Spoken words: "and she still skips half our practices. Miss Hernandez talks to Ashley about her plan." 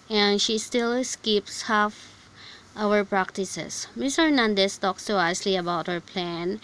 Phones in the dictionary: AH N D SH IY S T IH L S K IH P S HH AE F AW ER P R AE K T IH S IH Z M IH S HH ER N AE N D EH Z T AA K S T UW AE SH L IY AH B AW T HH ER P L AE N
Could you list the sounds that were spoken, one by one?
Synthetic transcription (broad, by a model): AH N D SH IY S T IH L S K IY P S HH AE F AW ER P R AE K T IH S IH S M IH S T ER N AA N D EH S T AA K S T UW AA S L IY AH B AW T HH ER P L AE N